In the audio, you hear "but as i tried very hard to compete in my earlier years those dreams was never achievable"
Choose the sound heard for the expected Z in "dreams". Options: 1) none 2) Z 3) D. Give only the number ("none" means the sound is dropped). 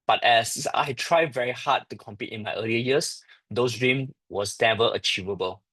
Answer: 1